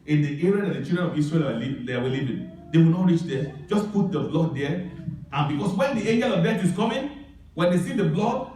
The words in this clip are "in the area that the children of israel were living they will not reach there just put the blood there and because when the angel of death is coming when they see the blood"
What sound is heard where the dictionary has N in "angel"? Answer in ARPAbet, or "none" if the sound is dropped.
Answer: N